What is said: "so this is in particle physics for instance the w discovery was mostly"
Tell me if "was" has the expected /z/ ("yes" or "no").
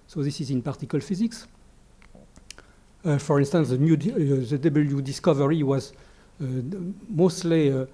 yes